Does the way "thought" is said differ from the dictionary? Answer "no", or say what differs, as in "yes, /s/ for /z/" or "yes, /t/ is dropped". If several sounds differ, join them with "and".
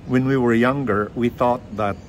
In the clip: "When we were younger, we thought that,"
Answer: no